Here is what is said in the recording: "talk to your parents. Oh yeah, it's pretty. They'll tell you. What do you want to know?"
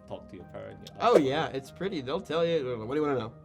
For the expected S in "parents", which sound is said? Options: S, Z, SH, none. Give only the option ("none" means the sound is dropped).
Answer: none